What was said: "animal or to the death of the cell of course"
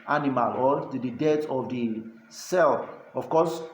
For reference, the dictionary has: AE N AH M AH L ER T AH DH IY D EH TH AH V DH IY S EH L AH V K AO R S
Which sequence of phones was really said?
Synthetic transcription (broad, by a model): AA N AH M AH L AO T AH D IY D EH T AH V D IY S EH L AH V K AO S